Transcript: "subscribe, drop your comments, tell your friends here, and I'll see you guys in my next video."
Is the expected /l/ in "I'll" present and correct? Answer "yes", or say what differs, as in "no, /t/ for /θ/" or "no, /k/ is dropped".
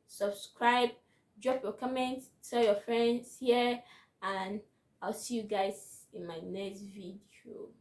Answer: yes